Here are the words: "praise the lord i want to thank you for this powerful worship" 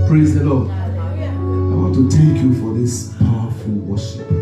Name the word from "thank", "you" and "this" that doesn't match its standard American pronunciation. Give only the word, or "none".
thank